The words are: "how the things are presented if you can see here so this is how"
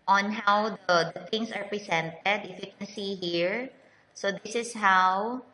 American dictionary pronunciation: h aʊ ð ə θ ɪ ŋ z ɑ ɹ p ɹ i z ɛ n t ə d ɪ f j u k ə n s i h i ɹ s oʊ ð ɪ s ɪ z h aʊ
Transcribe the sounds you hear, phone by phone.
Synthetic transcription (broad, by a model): h aʊ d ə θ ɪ ŋ s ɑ ɹ p ɹ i s ɛ n t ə d ɪ f j u k ə n s i h i ɹ s oʊ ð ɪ s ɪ s h aʊ